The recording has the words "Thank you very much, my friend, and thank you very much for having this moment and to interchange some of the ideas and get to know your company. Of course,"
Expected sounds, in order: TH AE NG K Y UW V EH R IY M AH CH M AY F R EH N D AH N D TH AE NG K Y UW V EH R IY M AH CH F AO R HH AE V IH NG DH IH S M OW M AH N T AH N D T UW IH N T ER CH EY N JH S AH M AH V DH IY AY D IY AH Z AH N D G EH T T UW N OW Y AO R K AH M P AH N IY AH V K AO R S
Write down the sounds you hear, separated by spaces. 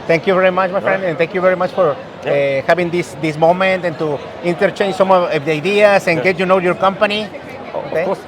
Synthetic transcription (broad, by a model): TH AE NG K Y UW V EH R IY M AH CH M AY F R EH N D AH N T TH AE NG K Y UW V EH R IY M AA CH F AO R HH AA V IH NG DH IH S M OW M AH N T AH N T UW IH N T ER CH EY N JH S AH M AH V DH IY AY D IY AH S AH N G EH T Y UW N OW Y AO R K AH M P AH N IY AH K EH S